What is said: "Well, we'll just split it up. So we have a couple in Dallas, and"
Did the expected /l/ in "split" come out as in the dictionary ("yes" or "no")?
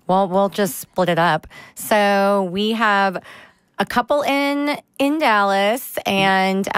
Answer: yes